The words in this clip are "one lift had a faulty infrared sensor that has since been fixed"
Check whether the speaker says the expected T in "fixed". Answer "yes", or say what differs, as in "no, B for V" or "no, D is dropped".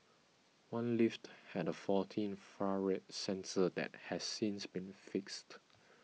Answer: yes